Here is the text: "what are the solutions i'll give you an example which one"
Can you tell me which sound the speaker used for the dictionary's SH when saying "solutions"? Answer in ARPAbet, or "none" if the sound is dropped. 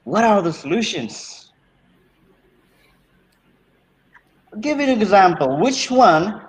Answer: SH